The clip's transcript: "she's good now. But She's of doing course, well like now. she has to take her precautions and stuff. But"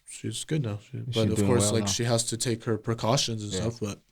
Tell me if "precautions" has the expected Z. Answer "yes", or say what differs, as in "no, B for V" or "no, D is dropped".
yes